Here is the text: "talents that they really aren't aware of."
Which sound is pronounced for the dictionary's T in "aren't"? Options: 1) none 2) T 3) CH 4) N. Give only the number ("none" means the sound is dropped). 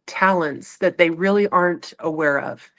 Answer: 2